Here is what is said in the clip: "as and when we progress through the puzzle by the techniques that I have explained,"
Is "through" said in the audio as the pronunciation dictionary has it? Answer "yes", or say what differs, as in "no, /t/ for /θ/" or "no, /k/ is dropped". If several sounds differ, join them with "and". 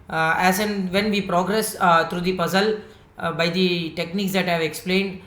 no, /t/ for /θ/